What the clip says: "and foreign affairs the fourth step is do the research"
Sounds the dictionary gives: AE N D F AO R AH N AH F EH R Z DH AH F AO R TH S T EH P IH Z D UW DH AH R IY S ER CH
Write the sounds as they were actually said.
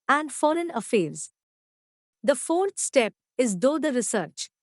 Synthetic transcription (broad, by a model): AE N D F AO R AH N AH F EH R Z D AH F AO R T S T EH P IH Z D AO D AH R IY S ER CH